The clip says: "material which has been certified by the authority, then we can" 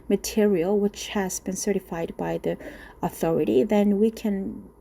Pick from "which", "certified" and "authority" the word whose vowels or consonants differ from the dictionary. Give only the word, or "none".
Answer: none